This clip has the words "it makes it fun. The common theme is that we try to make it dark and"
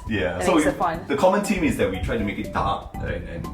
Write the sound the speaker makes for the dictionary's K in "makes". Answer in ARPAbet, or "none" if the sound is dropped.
none